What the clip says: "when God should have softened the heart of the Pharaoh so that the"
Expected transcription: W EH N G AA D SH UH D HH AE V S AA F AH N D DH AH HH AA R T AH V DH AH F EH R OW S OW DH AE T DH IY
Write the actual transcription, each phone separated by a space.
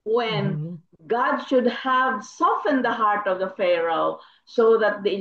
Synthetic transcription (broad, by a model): W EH N G AA D SH UH D HH AE V S AA F AH N D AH HH AA R T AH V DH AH F EH R OW S OW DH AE T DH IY